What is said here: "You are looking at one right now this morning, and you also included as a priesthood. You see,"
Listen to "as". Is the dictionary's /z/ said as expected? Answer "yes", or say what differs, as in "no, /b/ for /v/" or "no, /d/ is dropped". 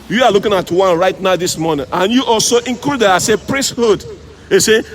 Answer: no, /s/ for /z/